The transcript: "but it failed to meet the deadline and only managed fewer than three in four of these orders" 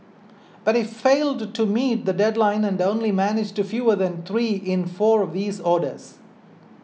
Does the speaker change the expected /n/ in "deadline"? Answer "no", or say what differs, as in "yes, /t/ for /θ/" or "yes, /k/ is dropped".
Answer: no